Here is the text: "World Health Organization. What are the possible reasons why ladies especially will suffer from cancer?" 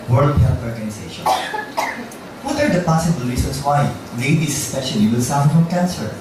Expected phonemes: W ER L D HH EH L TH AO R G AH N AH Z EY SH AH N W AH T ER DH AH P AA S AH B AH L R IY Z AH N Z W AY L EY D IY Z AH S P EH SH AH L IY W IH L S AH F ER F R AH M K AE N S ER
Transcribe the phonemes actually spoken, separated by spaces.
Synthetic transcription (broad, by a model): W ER L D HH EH L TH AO R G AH N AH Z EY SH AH N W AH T ER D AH P AA S AH B AH L R IY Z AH N S W AY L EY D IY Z S P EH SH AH L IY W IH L S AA UH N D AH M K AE N S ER